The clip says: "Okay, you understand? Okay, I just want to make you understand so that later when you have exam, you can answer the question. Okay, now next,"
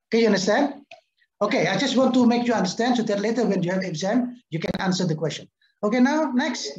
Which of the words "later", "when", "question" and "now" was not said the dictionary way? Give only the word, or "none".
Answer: none